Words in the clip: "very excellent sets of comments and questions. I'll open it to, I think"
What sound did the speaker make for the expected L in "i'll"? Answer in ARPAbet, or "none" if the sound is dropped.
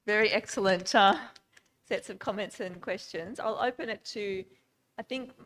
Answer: L